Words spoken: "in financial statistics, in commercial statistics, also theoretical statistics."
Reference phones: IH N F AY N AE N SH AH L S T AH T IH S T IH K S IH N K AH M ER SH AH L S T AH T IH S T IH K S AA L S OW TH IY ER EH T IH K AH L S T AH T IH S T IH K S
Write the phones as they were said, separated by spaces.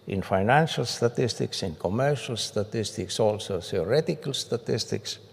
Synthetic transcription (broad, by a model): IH N F AY N AE N SH AH L S T AH T IH S T IH K S IH N K AH M ER SH AH L S T AH T IH S T IH K S AA L S OW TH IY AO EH T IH K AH L S T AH T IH S T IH K S